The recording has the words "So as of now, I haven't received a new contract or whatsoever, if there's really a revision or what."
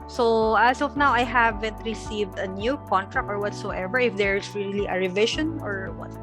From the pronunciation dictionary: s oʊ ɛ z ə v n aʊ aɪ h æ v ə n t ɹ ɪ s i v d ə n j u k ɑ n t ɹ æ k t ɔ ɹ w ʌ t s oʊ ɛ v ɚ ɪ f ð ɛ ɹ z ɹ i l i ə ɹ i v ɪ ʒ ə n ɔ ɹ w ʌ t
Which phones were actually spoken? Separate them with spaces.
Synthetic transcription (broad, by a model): s oʊ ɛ s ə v n aʊ aɪ h æ v ə n t ɹ ɪ s i v d ə n j u k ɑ n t ɹ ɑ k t ɔ ɹ w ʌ t s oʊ ɛ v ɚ ɪ f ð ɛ ɹ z ɹ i l i ə ɹ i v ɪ ʃ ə n ɔ ɹ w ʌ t